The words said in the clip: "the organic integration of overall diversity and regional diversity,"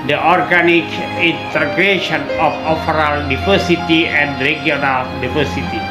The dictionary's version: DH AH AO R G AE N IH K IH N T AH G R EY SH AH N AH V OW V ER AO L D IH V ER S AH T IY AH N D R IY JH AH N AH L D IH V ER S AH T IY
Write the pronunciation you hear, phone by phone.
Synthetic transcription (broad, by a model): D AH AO R G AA N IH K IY N T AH G R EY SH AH N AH F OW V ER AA L D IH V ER S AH T IY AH N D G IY AH N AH L D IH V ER S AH T IY